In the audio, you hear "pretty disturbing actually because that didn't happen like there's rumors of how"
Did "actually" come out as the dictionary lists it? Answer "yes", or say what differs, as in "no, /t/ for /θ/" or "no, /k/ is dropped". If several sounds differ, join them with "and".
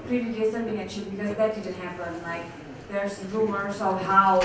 no, /k/ is dropped and /l/ is dropped